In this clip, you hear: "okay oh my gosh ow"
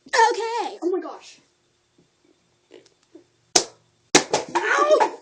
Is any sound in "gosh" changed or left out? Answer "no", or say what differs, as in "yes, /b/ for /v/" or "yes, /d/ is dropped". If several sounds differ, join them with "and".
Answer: no